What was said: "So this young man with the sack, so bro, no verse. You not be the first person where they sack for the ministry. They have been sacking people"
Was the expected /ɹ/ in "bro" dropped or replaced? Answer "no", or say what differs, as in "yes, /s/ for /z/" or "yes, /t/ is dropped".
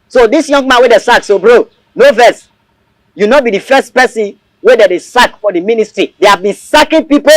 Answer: no